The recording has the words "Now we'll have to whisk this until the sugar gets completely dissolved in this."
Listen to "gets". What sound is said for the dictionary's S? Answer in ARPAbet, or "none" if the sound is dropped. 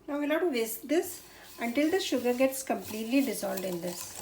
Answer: S